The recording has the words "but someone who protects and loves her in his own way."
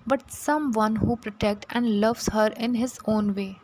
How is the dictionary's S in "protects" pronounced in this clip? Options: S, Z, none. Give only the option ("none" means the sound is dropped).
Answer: none